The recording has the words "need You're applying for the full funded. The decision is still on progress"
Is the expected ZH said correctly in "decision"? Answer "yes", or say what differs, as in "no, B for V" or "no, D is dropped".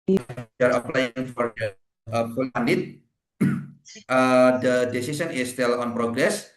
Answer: no, S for ZH